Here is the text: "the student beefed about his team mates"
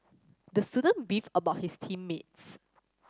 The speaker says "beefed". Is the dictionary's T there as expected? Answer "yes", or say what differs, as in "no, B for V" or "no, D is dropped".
no, T is dropped